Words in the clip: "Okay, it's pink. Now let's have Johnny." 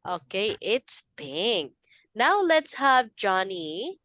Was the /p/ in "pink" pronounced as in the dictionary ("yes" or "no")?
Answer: no